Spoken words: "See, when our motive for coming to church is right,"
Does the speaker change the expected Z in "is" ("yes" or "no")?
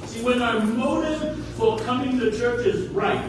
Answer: no